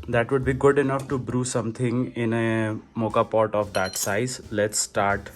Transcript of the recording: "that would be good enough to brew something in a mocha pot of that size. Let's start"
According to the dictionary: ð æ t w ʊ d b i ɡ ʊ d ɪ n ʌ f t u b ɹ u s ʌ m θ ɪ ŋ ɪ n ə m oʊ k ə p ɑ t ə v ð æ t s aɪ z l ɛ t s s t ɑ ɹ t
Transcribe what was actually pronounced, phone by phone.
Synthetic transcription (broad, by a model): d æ t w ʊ d b i ɡ ʊ d ɪ n ʌ f t u b ɹ u s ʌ m t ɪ ŋ ɪ n ə m oʊ k ə p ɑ t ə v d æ t s aɪ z l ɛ t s s t ɑ ɹ t